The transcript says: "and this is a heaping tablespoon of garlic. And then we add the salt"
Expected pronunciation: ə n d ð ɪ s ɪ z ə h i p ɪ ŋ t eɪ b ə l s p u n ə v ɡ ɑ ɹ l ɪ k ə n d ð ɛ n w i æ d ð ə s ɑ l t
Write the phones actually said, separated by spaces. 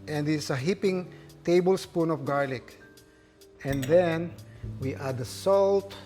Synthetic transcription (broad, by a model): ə n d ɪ s ə h i p ɪ ŋ t eɪ b ə l s p u n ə f ɡ ɑ ɹ l ɪ k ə n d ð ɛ n w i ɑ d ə s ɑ l t